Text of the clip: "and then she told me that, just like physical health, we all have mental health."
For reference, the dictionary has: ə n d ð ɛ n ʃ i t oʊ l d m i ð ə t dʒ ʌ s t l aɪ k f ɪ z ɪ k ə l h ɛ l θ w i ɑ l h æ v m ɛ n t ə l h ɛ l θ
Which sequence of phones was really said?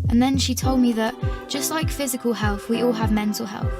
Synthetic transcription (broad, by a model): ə n ð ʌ n ʃ i t oʊ l d m i ð ə t dʒ ʌ s t l aɪ k f ɪ z ɪ k ə l h ɛ l θ w i ɑ l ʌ v m ɛ n t ə l h ɛ l θ